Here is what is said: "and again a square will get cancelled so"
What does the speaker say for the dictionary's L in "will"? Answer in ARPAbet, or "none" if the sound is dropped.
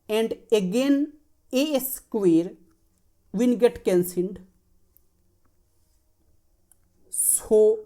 N